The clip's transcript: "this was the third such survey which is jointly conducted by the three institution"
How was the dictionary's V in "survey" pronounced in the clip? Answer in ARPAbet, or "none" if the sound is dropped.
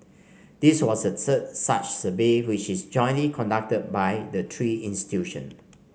B